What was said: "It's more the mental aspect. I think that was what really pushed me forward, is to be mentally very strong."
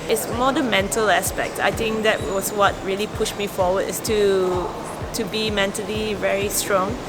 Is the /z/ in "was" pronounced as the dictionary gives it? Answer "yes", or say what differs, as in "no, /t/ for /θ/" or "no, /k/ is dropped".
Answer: no, /s/ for /z/